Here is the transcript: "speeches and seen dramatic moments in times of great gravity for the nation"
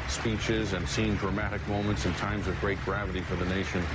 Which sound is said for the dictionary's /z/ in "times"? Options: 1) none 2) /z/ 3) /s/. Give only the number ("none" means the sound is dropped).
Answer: 2